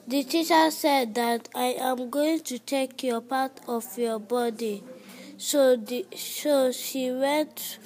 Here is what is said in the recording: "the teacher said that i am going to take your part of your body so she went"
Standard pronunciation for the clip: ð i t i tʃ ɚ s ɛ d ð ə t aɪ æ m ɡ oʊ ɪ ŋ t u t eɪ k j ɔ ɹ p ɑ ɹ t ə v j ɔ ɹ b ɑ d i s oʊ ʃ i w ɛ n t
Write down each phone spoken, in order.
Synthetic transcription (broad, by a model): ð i t i tʃ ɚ s ɛ d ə t aɪ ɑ m ɡ oʊ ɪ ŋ t u t eɪ k j ɔ p ɑ t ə f j ɔ b ɑ d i s oʊ ʃ i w ɛ n t